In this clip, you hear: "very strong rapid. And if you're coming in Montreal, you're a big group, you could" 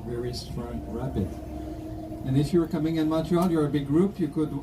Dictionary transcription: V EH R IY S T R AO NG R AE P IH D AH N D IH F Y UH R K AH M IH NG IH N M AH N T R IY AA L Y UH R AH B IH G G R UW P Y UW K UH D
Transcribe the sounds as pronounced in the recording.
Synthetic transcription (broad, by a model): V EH R IY S T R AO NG R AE B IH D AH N IH F Y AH R K AH M IH NG IH N M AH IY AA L Y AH R AH B IH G G R UW P Y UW K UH D